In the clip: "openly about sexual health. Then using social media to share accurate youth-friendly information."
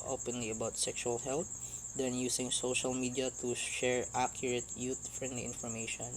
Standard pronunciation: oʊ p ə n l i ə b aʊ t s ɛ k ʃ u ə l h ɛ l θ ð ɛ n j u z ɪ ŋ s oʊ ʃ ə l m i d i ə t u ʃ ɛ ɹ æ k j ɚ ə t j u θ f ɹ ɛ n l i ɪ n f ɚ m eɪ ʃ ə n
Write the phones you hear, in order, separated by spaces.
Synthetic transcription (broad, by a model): oʊ p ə n l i ə b aʊ t s ɛ k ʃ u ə l h ɛ l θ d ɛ n j u s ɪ ŋ s oʊ ʃ ə l m i d i ə t u ʃ ɛ ɹ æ k j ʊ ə t j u t f ɹ ɛ n l i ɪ n f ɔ m eɪ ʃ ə n